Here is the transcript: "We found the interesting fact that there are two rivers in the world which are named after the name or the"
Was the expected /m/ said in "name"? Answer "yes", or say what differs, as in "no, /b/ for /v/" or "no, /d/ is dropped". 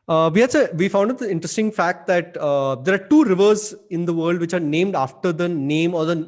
yes